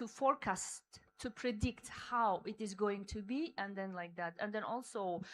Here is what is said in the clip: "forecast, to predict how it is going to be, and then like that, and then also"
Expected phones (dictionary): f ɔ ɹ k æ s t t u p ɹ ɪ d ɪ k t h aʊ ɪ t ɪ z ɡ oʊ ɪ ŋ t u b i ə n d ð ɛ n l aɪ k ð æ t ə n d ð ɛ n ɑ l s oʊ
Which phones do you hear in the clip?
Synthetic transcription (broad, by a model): f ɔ ɹ k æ s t t u p ɹ ɪ d ɪ k t h aʊ ɪ t ɪ z ɡ oʊ ɪ ŋ t u b i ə n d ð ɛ n l aɪ k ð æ t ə n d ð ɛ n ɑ l s oʊ